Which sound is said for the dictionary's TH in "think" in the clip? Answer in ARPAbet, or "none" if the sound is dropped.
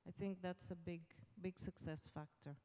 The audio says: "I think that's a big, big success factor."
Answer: TH